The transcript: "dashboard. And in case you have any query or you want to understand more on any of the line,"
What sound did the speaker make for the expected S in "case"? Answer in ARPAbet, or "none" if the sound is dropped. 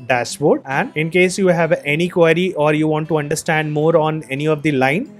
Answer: S